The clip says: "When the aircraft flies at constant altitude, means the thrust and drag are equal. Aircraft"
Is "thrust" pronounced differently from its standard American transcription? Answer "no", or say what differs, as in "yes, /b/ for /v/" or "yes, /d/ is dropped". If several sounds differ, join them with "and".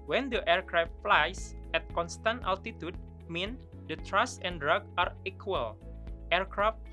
yes, /t/ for /θ/ and /t/ is dropped